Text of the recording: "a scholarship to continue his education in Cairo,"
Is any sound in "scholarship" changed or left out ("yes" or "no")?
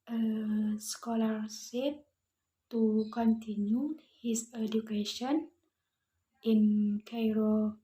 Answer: yes